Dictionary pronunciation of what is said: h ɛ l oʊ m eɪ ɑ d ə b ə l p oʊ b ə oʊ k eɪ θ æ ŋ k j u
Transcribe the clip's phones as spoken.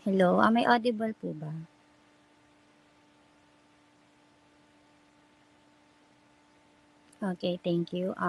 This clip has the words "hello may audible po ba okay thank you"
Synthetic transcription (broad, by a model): h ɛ l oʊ m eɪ ɑ d ə b ə l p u b ə oʊ k eɪ t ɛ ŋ k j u